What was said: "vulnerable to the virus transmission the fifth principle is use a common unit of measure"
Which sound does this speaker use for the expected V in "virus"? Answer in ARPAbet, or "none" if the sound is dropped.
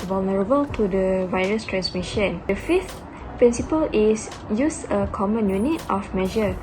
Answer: V